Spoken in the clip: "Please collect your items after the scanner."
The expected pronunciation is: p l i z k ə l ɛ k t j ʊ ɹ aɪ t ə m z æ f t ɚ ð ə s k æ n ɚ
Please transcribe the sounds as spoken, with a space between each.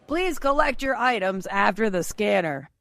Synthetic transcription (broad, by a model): p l i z k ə l ɛ k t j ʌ ɹ aɪ t ə m z æ f t ɚ ð ə s k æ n ɚ